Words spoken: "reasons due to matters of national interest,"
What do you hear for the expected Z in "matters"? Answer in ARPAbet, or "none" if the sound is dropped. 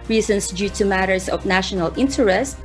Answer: S